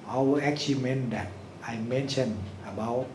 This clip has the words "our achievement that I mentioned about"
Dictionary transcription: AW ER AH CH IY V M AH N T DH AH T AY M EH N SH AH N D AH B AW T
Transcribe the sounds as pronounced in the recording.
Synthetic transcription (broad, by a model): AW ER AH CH IY M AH N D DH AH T AY M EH N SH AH N AH B AW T